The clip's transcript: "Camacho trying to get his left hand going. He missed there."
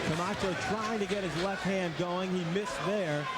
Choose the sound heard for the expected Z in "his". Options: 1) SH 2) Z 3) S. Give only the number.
2